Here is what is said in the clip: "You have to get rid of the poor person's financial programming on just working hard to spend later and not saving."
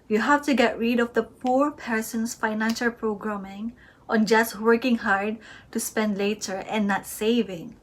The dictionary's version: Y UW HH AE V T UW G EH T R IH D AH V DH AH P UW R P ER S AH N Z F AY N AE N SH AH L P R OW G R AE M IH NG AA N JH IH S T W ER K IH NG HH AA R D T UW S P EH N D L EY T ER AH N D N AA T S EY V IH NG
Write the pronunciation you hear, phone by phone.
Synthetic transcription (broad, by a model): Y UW HH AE F T UW G EH T R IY D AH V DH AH P UW R P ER S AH N S F AY N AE N SH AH L P R OW G R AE M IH NG AA N JH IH S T W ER K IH NG HH AA R D T UW S P EH N D L EY T ER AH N N AA T S EY V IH NG